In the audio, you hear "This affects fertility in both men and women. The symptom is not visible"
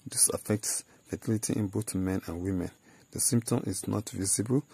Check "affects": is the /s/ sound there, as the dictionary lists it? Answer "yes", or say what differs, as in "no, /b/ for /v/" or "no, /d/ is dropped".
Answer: yes